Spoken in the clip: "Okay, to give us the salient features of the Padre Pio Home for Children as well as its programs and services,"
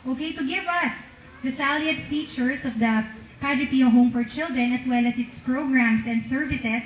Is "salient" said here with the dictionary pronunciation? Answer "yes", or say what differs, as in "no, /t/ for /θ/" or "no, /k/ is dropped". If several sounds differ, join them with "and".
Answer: no, /n/ is dropped